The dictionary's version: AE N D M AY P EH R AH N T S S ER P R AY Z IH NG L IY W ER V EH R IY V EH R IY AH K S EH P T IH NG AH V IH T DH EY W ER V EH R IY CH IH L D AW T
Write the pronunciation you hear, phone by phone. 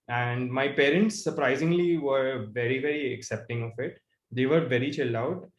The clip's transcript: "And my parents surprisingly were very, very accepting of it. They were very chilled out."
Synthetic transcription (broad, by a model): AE N D M AY P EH R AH N T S S ER P R AY Z IH NG L IY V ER V EH R IY V EH R IY AH K S EH P T IH NG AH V IH T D EY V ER V EH R IY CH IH L AW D